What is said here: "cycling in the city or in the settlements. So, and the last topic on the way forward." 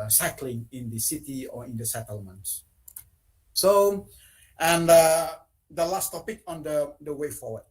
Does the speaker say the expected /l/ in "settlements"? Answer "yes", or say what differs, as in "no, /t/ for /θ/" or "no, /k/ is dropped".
yes